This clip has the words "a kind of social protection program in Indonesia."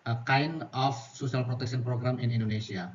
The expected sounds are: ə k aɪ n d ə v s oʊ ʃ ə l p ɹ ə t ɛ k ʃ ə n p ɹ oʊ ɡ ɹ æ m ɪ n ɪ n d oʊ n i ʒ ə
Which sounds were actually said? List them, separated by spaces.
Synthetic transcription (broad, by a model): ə k aɪ n ə f s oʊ s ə l p ɹ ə t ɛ k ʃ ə n p ɹ oʊ ɡ ɹ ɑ m ɪ n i n d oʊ n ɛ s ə